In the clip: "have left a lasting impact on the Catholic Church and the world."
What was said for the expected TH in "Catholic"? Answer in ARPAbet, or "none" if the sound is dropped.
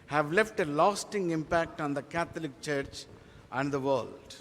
T